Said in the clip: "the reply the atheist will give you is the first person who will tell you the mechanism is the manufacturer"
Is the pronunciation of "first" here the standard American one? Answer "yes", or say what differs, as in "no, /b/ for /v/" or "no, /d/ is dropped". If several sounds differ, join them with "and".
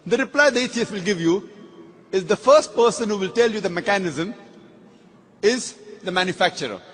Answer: yes